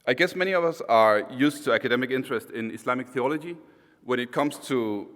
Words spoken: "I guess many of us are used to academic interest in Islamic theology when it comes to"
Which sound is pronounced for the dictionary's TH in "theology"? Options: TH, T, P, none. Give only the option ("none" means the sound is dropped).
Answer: TH